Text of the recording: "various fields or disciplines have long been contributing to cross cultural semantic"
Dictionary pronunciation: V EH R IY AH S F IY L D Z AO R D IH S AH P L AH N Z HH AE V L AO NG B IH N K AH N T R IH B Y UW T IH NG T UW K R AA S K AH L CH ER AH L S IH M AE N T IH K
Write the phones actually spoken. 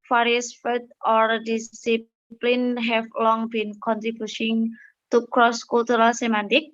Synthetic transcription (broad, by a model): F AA R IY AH S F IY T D AO R D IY S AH P L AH N HH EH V L AO NG B IH N K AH N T R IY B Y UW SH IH NG T UW K R AA S K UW L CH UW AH L S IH M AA N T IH K